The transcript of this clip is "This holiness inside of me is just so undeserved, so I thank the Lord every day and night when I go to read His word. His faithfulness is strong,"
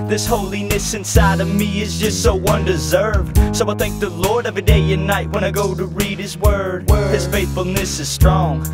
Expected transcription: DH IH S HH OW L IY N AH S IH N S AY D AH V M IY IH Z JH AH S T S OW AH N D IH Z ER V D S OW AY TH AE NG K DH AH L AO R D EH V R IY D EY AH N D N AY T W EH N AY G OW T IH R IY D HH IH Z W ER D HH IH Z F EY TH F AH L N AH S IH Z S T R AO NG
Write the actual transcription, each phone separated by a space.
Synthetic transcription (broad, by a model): DH IH S HH OW L IY N AH S IH N S AY D AH V M IY IH Z JH AH S T S OW AH N D IH Z ER V D S OW AY TH AE NG K DH AH L AO R D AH V IY D EY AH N N AY T W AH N AY G OW T IH R IY D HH IH Z W ER D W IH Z F EY TH F L N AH S IH Z S T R AO NG